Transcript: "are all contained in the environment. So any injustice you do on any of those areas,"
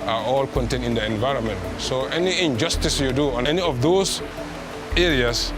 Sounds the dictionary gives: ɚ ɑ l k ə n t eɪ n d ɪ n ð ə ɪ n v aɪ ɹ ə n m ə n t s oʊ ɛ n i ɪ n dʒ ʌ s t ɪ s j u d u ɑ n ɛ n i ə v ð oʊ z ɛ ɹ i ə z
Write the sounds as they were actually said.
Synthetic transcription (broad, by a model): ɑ ɑ l k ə n t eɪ n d ɪ n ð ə ɪ n v aɪ ɹ ə n m ə n t s oʊ ɛ n i ɪ n dʒ ʌ s t ɪ s j u d u ɑ n ɛ n i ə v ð oʊ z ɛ ɹ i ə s